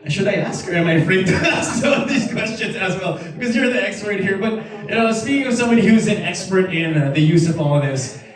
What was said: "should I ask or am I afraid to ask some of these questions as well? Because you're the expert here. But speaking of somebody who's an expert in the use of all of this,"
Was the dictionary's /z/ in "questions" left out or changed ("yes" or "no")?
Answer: no